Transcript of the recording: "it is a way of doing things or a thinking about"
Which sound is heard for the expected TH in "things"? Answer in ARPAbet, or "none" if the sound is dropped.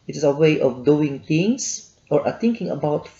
T